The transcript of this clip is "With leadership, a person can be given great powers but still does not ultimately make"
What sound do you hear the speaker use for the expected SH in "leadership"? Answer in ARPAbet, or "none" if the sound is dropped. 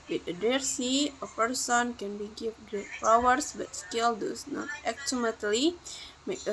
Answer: S